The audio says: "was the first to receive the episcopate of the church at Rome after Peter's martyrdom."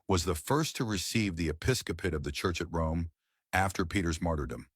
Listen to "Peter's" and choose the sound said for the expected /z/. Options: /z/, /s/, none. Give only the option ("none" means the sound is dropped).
/z/